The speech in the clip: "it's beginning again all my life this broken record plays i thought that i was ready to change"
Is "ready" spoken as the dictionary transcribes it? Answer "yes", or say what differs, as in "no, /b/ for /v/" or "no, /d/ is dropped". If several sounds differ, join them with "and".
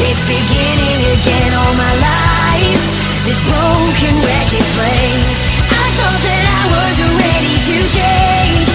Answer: yes